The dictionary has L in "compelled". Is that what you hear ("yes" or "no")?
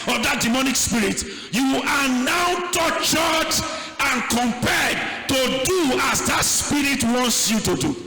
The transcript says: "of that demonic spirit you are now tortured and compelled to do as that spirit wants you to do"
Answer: no